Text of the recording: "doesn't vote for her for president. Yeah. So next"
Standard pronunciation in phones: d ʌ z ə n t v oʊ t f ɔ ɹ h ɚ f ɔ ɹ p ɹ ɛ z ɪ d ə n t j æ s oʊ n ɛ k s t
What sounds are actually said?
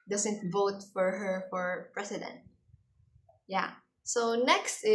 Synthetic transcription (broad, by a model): d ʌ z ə n t v oʊ t f ɔ ɹ h ɚ f ɔ ɹ p ɹ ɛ s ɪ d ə n t j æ s oʊ n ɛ k s t